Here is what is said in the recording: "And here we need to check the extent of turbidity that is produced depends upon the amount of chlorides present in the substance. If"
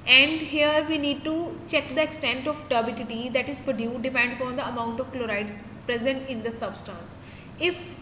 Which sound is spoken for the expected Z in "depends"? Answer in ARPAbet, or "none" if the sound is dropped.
none